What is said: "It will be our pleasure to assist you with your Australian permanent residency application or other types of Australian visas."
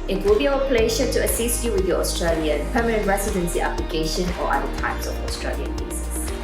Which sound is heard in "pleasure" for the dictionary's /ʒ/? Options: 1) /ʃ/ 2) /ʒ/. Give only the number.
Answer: 1